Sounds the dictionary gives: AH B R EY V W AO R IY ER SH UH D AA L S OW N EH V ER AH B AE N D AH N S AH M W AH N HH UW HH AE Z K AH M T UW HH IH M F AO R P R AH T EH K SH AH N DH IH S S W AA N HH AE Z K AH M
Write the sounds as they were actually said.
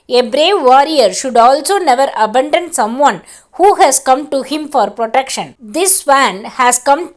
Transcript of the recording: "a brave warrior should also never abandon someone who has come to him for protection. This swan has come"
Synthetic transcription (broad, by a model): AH B R EY V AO R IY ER SH UH D AA L S OW N EH V ER AH B AE N D AH N S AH M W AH N HH UW HH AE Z K AH M T UW HH IH M F AO R P R AH T EH K SH AH N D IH S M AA N HH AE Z K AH M